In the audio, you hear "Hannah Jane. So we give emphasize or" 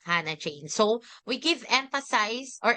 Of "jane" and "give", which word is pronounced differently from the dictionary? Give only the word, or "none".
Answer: jane